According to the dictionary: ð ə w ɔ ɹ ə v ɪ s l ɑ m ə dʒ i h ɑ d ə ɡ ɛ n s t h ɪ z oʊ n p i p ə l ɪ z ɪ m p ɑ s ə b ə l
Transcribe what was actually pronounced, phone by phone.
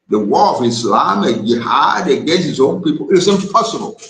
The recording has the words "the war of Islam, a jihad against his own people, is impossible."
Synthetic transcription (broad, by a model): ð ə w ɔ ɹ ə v ɪ s l ɑ m ə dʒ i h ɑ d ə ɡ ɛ s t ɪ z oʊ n p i p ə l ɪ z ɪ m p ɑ s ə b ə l